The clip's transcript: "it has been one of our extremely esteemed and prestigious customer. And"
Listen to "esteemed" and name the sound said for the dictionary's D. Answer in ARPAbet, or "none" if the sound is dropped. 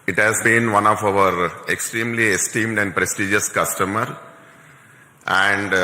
D